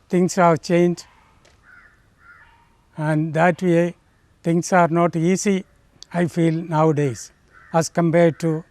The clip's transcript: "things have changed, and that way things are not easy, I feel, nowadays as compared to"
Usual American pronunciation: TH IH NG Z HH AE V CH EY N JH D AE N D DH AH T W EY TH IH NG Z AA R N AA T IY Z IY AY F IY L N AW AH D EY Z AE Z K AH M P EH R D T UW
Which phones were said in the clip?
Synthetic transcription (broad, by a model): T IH NG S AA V CH EY N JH AE N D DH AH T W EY T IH NG S AA R N AA T IY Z IY AY F IY L N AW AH D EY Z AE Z K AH M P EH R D T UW